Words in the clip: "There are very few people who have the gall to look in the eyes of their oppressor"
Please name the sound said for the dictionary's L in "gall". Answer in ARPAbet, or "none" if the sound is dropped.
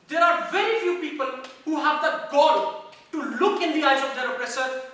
N